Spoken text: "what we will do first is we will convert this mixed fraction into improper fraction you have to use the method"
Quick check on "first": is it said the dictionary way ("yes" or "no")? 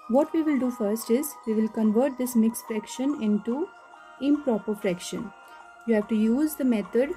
yes